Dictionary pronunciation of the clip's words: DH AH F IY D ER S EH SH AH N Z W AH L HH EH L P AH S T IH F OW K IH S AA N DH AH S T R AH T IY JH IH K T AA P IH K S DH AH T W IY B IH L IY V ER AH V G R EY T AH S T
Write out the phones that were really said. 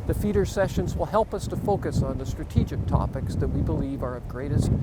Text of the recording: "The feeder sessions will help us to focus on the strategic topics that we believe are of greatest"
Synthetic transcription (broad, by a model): DH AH F IY D ER S EH SH AH N Z W AH L HH EH L P AH S T IH F OW K IH S N DH AH S T R AH T IY JH IH K T AA P IH K S DH AH T W IY B IH L IY V ER AH V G R EY T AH S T